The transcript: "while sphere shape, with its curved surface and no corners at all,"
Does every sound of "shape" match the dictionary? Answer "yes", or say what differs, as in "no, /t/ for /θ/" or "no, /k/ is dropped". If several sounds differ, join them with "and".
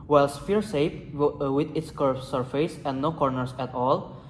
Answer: no, /s/ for /ʃ/